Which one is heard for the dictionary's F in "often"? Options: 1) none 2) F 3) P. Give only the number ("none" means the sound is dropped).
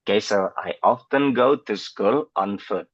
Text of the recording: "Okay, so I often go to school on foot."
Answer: 2